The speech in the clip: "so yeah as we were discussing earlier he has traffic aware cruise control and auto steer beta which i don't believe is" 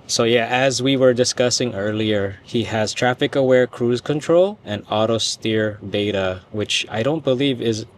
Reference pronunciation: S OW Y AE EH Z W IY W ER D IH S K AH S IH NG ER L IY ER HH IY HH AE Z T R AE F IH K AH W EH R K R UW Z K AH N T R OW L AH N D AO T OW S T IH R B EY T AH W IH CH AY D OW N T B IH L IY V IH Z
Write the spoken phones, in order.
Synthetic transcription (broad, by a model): S OW Y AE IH Z W IY W ER D IH S K AH S IH NG ER L IY ER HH IY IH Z T R AE F IH K AH W EH R K R UW Z K AH N T R OW L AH N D AO T OW S T IH R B EY T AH W IH CH AY D OW N T B IH L IY V IH Z